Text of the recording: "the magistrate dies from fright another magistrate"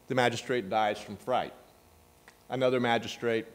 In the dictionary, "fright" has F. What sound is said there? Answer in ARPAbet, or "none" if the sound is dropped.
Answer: F